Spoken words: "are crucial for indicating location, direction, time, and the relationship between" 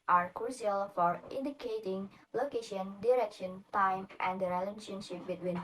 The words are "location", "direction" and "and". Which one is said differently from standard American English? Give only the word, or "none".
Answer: none